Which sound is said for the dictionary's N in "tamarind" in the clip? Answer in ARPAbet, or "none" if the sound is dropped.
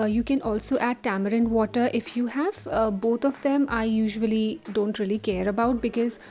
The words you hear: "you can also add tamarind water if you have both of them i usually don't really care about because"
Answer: N